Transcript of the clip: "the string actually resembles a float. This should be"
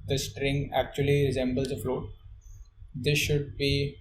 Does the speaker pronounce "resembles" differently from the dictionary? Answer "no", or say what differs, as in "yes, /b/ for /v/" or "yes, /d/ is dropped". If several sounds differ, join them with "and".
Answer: no